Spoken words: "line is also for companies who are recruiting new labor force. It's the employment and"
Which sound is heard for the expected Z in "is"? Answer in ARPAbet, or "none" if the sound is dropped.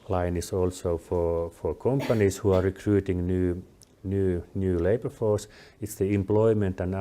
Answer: S